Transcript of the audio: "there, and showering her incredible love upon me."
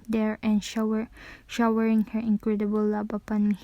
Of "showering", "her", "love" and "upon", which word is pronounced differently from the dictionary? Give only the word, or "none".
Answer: love